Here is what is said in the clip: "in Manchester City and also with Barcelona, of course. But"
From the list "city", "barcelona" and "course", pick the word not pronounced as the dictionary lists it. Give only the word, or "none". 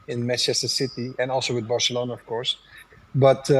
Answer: none